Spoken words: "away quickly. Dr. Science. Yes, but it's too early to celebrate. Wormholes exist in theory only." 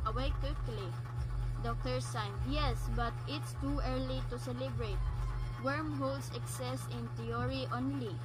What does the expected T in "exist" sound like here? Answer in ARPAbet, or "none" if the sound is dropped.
none